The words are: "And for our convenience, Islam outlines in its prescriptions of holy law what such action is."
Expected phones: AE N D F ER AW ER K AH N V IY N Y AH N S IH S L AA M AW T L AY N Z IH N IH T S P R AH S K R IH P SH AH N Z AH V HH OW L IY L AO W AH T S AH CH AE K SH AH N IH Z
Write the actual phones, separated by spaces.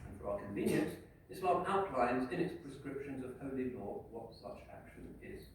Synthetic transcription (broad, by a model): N F ER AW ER K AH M V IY N Y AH N S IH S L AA AW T L AY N Z IH N IH T S P R AH S K R IH P SH AH N Z AH V HH OW L IY L AO W AH T S AH CH AE K SH AH N IH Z